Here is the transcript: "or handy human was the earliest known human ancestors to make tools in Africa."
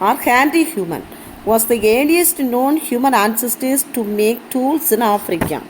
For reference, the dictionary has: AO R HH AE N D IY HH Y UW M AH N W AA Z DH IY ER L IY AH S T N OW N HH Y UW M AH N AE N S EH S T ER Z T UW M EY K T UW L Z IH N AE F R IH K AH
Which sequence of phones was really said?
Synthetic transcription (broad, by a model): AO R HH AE N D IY HH Y UW M AH N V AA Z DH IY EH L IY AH S T N OW N HH Y UW M AH N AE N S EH S T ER S T UW M EY K T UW L S IH N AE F R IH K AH